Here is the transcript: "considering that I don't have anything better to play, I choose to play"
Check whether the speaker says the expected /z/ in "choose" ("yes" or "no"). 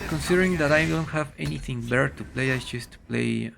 no